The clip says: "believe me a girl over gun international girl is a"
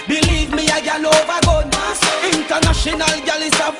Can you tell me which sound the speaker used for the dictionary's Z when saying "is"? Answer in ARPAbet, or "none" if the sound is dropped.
S